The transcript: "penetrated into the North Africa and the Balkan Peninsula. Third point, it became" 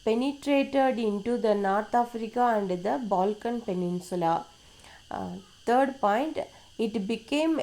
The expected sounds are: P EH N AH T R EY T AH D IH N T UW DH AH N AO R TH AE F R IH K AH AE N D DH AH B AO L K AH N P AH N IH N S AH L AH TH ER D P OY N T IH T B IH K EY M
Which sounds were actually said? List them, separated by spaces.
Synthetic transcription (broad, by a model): P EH N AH T R EY T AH D IH N T UW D AH N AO R T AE F R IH K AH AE N D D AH B AO L K AH N P AH N IH N S AH L AH T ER D P OY N T IH T B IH K EY M